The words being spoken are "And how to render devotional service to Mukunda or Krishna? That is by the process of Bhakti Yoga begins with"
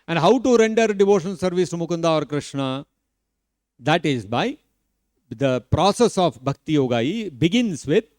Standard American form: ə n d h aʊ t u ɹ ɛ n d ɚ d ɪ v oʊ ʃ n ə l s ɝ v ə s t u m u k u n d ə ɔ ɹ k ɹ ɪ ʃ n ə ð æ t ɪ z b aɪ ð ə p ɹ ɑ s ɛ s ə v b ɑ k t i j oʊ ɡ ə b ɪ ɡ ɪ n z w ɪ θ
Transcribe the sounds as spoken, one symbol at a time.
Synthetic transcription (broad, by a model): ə n d h aʊ t u ɹ ɛ n d ɚ d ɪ v oʊ ʃ ə n s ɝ v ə s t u m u k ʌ n d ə ɔ ɹ k ɹ ɪ ʃ n ə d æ t ɪ z b aɪ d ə p ɹ ɑ s ɛ s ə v b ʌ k t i j oʊ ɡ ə b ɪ ɡ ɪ n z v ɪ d